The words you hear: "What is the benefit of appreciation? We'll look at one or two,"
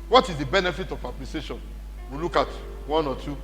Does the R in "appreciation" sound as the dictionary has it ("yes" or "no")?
no